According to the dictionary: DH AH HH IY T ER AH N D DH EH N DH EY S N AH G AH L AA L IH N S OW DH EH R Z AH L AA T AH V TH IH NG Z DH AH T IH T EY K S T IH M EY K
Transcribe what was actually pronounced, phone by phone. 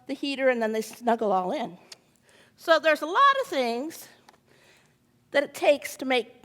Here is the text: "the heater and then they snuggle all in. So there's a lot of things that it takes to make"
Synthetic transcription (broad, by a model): DH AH HH IY T ER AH N DH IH N DH EY S N AH G L AA L IH N S OW DH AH R Z AH L AA T AH V TH IH NG Z DH AH T IH T EY K S T IH M EY K